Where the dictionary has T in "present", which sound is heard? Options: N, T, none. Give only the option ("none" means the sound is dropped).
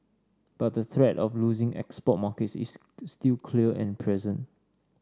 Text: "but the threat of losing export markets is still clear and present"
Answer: none